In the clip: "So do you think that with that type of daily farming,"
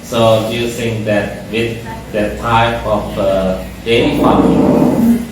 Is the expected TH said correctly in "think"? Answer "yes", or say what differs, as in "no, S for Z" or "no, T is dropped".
no, S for TH